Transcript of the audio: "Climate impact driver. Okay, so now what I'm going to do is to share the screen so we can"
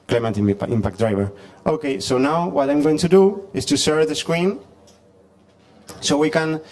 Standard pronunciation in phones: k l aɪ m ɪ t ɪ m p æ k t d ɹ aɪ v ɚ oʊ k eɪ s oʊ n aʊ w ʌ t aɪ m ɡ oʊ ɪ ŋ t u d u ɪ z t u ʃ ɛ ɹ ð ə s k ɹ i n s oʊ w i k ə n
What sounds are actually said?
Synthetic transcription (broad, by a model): k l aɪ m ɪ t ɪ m p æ k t d ɹ aɪ v ɚ oʊ k eɪ s oʊ n aʊ w ʌ t aɪ m ɡ oʊ ɪ ŋ t u d u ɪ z t u s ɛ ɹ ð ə s k ɹ i n s oʊ w i k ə n